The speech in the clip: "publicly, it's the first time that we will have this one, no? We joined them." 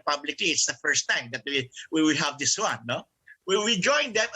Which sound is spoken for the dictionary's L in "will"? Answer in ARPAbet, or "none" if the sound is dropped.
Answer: W